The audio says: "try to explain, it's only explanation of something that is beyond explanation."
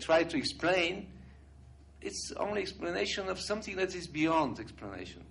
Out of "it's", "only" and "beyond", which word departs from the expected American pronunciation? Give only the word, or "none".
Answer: none